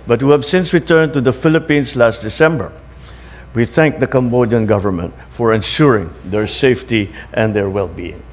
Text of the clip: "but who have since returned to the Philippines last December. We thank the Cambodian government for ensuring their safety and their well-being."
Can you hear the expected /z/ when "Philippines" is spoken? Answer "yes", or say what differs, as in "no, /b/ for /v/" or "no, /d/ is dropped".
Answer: no, /s/ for /z/